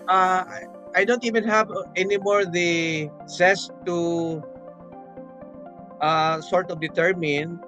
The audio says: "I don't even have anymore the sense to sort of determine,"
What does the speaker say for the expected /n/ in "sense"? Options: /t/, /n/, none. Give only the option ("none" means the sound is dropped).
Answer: none